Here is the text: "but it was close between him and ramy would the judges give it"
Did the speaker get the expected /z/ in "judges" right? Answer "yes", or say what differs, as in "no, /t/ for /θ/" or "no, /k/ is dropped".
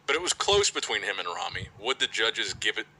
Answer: yes